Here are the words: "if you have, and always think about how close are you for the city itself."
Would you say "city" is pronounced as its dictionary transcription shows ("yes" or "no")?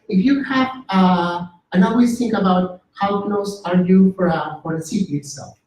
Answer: no